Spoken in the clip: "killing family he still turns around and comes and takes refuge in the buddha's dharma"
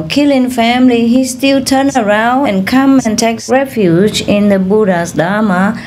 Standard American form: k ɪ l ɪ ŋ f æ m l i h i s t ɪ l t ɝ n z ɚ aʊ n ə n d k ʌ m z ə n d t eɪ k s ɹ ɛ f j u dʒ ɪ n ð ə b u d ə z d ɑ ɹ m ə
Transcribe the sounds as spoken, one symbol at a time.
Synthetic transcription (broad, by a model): k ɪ l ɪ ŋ f æ m l i h i s t ɪ l t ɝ n ɚ aʊ n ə n k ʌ m ə n t eɪ k s ɹ ɛ f j u dʒ ɪ n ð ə b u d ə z d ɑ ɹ m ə